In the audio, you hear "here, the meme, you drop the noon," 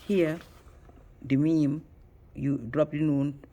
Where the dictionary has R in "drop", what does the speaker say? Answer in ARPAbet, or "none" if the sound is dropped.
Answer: R